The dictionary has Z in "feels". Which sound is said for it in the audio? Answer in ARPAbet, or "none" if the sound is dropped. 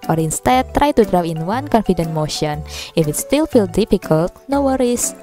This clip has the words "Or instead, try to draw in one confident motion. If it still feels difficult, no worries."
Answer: none